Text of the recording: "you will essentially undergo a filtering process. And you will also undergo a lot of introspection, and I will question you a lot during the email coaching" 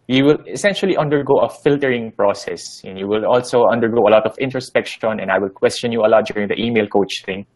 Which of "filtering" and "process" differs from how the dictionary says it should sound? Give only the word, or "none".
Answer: none